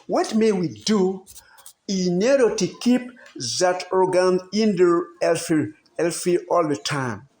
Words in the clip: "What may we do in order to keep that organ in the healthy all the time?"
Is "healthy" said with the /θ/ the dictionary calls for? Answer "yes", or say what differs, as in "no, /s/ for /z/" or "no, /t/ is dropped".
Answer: no, /f/ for /θ/